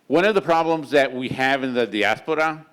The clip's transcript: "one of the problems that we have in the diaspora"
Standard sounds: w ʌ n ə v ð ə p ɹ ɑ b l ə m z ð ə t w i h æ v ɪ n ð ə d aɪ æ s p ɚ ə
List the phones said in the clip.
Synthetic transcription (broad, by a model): w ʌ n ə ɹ ð ə p ɹ ɑ b l ə m z ð ə t w i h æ v ɪ n ð ə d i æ s p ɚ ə